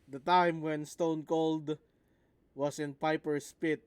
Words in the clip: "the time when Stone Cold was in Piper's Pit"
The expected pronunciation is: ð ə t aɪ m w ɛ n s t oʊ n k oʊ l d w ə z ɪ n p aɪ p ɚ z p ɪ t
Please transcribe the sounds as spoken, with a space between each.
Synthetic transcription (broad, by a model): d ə t aɪ m w ɛ n s t oʊ n k oʊ l d w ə s ɪ n p aɪ p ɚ s p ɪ t